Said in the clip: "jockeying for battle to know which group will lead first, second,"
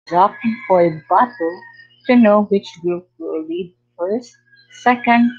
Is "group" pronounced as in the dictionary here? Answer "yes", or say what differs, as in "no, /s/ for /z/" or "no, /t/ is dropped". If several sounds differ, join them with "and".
no, /ɹ/ is dropped